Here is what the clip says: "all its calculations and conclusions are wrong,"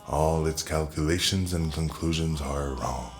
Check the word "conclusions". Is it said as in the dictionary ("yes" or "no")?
yes